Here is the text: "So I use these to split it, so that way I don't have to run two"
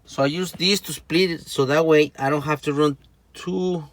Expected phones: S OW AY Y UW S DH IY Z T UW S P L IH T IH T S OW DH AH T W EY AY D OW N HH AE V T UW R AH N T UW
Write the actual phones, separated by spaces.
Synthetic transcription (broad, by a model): S OW AY Y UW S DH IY S T UW S P L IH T IH T S OW DH AH T W EY AY D OW N HH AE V T UW R AH N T UW